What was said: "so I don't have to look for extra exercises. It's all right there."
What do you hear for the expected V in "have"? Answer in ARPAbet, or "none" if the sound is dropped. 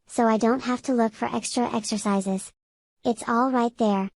F